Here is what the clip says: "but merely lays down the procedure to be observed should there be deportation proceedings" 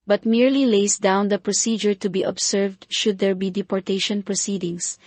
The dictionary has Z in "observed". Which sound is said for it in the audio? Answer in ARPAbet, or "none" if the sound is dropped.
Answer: S